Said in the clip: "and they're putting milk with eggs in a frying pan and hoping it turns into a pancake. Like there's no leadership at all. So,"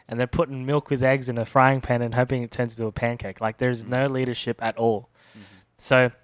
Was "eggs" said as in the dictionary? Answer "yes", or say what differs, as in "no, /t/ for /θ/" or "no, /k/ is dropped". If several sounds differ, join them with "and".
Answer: yes